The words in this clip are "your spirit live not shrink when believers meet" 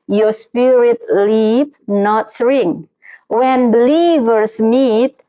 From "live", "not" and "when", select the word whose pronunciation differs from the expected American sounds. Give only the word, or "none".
live